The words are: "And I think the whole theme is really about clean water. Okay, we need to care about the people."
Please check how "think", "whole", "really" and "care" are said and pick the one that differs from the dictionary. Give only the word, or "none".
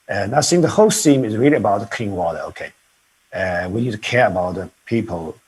think